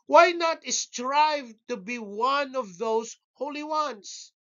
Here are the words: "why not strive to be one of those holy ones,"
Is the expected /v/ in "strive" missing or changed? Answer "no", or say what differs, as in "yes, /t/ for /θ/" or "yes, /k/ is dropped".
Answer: no